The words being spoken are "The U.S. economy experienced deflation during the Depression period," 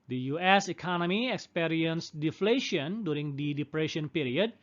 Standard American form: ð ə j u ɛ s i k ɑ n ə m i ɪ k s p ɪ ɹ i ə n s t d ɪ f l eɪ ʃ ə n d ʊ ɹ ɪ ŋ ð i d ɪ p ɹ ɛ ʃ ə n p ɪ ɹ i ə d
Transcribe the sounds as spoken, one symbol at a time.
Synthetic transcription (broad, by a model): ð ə j u ɛ s i k ɑ n ə m i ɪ k s p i ɹ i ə n s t d ɪ f l eɪ ʃ ə n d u ɹ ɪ ŋ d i d ɪ p ɹ ɛ ʃ ə n p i ɹ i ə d